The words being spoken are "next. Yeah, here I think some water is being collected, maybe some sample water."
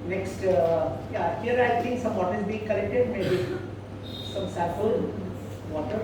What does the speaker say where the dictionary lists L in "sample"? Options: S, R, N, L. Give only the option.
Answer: N